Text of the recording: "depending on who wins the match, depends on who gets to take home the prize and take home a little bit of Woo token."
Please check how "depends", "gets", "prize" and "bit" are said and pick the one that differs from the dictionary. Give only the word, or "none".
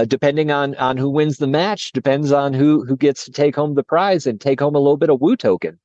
none